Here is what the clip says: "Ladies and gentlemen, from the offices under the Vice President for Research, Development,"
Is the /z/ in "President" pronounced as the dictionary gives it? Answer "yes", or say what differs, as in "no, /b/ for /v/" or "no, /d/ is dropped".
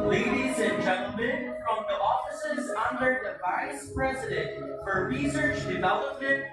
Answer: yes